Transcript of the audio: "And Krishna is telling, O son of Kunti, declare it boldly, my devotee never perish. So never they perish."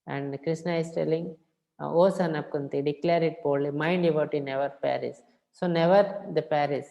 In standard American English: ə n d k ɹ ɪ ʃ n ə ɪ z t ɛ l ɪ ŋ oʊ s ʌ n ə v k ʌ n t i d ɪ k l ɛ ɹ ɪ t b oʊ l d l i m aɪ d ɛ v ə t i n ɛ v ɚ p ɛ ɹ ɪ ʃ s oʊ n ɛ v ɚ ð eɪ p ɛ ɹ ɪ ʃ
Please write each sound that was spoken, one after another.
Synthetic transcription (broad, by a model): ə n d k ɹ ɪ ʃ n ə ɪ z t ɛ l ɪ ŋ oʊ s ʌ n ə p k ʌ n t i d ɪ k l ɛ ɹ ɪ t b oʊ d l i m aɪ d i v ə t i n ɛ v ɚ p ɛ ɹ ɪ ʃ s oʊ n ɛ v ɚ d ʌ p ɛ ɹ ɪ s